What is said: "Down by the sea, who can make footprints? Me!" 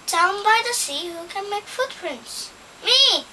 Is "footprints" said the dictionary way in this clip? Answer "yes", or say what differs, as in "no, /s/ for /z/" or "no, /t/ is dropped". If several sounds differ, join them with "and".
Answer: yes